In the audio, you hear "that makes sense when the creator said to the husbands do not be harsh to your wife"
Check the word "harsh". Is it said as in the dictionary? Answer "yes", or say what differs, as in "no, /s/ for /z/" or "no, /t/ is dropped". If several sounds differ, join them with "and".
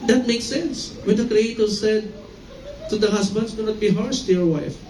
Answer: no, /s/ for /ʃ/